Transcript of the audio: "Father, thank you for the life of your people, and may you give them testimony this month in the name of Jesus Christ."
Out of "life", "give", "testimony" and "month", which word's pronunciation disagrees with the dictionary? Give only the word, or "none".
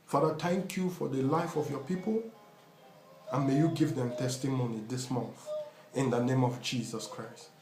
none